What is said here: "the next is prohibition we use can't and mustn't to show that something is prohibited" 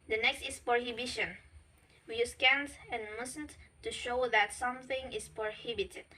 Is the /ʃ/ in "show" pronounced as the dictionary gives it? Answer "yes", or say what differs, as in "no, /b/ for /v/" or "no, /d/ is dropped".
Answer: yes